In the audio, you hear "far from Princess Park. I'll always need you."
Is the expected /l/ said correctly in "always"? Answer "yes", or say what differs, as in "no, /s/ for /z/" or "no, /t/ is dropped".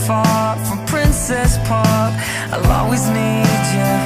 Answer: no, /l/ is dropped